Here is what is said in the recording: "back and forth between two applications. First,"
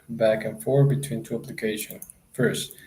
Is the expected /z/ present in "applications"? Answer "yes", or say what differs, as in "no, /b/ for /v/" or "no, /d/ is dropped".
no, /z/ is dropped